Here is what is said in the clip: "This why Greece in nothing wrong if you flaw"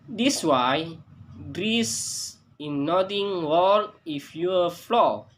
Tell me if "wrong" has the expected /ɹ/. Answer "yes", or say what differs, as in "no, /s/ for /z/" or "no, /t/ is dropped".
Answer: no, /w/ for /ɹ/